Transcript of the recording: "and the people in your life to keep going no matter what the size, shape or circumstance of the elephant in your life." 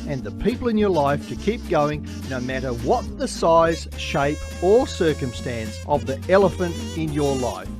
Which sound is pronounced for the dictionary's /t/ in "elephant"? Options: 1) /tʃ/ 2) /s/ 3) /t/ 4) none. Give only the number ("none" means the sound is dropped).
3